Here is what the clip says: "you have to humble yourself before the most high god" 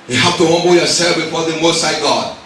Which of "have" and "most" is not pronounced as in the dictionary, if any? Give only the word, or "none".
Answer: have